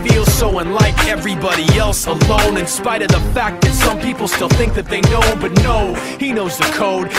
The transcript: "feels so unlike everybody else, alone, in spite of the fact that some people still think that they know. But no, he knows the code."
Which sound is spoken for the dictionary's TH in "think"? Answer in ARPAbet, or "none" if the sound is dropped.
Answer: TH